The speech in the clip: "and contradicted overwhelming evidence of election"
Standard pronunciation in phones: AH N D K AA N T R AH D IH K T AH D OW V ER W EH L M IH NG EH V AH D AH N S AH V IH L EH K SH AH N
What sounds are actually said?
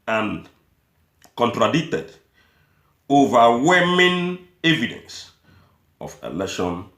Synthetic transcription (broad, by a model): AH N K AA N T R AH D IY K T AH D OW V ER W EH M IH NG EH V AH D AH N S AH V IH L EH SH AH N